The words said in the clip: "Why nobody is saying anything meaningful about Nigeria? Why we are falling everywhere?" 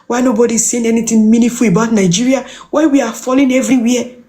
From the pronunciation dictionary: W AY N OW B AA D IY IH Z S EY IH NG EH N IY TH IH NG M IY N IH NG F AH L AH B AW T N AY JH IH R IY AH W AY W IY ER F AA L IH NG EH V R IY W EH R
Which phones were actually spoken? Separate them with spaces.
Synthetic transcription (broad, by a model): W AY N OW B AA D IY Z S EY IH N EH N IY T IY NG M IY N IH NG F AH L AH B AW T N AY JH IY R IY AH W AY W IY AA F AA L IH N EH V R IY W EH